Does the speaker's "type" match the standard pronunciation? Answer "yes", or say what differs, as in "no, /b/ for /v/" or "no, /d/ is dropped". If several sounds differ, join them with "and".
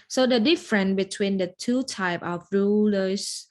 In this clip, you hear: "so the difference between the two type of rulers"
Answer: yes